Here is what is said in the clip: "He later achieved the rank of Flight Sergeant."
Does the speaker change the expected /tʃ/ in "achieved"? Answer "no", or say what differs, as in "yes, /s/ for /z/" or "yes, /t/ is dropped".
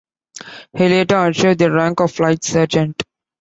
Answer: yes, /ʃ/ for /tʃ/